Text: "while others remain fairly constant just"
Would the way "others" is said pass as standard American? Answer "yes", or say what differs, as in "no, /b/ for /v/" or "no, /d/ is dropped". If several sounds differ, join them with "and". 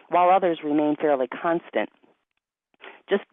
yes